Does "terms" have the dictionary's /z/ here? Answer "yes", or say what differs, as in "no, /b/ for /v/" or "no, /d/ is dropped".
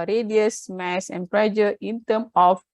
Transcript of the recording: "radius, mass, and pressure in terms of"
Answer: no, /z/ is dropped